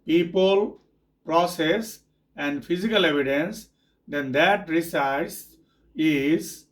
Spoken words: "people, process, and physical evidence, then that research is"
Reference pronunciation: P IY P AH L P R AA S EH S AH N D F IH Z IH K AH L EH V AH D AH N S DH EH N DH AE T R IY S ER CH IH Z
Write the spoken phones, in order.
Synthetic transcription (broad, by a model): P IY P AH L P R AA S EH S AH N D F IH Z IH K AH L EH V AH D AH N S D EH N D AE T R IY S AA S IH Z